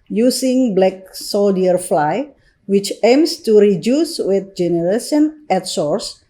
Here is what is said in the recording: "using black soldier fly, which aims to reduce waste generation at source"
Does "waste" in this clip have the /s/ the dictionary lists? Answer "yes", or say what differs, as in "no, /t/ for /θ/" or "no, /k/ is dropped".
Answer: no, /s/ is dropped